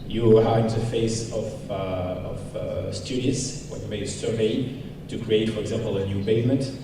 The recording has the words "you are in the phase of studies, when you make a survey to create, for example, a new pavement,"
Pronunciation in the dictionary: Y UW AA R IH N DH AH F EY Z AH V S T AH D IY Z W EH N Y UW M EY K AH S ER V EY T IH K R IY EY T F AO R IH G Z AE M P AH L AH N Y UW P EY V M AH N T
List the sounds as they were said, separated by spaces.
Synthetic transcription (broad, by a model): Y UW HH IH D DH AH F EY S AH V S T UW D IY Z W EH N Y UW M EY AH S ER V EY T IH K R IY EY T F AO R IH G Z AE M P AH L AH N Y UW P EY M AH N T